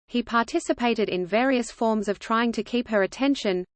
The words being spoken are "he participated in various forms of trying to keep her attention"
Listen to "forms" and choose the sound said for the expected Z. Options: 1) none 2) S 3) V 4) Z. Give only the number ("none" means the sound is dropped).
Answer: 4